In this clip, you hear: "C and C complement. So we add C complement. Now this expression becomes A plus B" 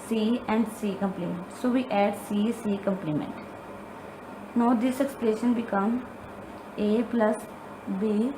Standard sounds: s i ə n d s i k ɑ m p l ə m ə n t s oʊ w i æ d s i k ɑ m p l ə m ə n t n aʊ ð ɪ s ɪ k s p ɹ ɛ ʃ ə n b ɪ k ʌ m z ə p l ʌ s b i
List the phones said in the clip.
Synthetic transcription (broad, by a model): s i ə n d s i k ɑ m p l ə m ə n t s oʊ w i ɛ d s i k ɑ m p l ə m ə n t n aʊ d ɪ s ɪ k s p l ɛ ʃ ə n b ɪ k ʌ m ə p l ʌ s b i